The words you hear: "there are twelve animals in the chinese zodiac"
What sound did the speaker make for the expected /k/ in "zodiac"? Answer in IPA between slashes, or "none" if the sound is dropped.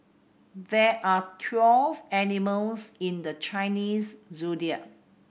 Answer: none